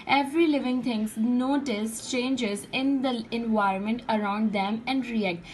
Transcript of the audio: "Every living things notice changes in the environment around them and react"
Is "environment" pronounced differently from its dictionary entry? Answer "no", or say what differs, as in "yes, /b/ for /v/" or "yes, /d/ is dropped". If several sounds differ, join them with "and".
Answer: no